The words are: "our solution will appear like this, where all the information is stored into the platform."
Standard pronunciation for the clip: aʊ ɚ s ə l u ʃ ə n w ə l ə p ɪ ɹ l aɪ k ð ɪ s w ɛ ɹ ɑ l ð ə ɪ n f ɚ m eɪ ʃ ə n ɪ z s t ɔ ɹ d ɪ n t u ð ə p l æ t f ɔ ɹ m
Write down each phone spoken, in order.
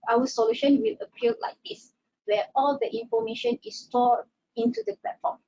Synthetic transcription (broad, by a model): aʊ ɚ s ə l u ʃ ə n w ə l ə p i l l aɪ k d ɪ s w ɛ ɑ l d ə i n f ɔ m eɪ ʃ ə n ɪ s t ɔ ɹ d ɪ n t u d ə p l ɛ t f ɔ m